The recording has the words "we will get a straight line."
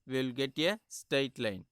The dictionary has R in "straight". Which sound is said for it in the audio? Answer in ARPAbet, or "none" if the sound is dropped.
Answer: none